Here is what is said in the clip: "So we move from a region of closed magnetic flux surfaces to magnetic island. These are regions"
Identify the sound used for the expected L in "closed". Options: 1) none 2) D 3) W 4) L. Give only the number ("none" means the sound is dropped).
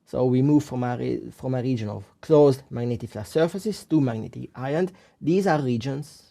4